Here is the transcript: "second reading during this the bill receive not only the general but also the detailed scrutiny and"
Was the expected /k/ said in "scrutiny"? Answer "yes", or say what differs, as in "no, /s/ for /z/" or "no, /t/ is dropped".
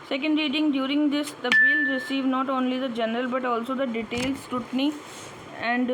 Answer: no, /k/ is dropped